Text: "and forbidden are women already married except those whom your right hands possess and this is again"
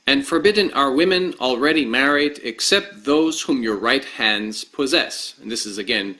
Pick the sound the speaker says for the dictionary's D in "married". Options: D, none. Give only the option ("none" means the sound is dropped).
D